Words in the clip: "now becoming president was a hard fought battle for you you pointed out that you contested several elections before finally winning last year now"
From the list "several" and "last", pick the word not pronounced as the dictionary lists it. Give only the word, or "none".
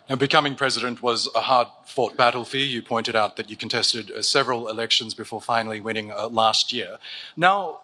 none